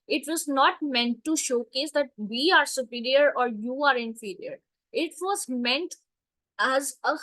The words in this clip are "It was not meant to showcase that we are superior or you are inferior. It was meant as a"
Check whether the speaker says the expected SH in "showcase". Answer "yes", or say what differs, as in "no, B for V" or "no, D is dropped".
yes